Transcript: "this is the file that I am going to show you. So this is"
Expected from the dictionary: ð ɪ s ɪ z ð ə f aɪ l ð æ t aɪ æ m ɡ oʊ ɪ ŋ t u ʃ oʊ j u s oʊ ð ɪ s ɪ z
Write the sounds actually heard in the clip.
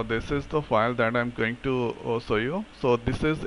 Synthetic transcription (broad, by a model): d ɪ s ɪ z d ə f aɪ l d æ t aɪ m ɡ oʊ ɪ ŋ t u s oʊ j u s oʊ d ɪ s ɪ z